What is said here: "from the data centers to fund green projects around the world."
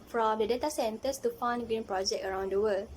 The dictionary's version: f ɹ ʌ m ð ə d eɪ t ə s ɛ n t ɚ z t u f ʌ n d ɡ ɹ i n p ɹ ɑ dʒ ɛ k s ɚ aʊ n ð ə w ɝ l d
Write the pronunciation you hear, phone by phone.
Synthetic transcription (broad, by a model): f ɹ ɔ m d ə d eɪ t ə s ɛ n t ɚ s t u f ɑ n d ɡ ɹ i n p ɹ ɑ dʒ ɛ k ɚ aʊ n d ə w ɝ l